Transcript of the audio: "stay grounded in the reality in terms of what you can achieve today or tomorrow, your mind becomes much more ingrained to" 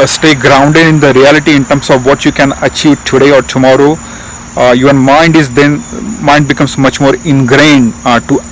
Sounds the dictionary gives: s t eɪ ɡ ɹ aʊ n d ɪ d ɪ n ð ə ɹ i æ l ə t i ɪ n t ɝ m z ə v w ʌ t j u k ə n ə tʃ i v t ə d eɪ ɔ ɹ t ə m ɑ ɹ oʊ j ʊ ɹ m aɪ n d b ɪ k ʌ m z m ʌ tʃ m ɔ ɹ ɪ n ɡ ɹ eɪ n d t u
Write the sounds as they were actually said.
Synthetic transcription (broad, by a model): s t eɪ ɡ ɹ aʊ n d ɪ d ɪ n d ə ɹ i æ l ə t i ɪ n t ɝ m s ə v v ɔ t j u k ə n ə tʃ i v t ə d eɪ ɔ ɹ t ə m ɑ ɹ oʊ j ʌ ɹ m aɪ n d b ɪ k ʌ m s m ʌ tʃ m ɔ ɹ ɪ n ɡ ɹ eɪ n d t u